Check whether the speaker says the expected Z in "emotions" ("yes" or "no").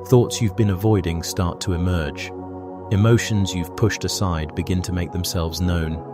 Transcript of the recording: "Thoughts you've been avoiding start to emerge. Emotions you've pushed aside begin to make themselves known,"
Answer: yes